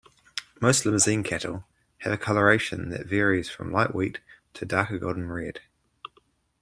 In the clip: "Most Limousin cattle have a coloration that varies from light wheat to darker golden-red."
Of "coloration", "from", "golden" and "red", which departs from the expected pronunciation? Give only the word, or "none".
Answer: golden